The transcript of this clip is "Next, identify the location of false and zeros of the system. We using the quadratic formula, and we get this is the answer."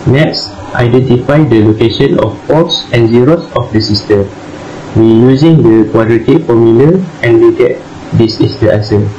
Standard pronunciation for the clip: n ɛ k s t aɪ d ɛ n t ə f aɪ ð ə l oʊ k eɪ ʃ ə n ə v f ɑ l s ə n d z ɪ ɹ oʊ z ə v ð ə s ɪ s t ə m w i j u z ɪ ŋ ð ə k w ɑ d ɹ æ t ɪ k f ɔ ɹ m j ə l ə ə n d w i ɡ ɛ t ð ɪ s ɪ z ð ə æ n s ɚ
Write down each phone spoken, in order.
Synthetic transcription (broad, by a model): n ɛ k s t aɪ d ɛ n t ə f aɪ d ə l oʊ k eɪ ʃ ə n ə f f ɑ s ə n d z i ɹ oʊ s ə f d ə s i s t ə m w i j u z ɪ ŋ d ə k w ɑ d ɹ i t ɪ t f ɔ m j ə l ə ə n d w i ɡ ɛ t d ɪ s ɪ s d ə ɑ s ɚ